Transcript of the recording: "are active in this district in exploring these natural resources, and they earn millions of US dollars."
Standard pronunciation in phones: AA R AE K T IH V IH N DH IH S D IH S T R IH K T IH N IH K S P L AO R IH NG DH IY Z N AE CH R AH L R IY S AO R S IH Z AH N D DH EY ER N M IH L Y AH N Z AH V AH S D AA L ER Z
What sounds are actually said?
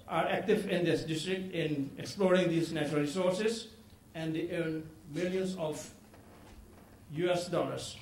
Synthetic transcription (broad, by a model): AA R AE K T IH V IH N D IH S D IH S T R IH K T IH N IH K S P L AO R IH NG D IY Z N AE CH R AH L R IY S AO R S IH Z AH N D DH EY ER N M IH L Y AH N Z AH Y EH S D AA L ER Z